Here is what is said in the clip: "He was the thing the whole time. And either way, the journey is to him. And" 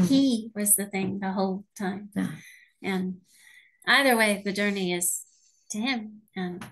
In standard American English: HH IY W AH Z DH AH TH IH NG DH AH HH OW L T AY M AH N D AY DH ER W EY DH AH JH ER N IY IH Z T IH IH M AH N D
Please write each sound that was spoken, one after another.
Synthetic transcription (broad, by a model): HH IY W AH Z DH AH TH IH NG DH AH HH OW L T AY M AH N AY DH ER W EY DH AH JH ER N IY IH Z T IH IH M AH N